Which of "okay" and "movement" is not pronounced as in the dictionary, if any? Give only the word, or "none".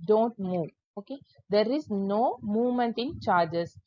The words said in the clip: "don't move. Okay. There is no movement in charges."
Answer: none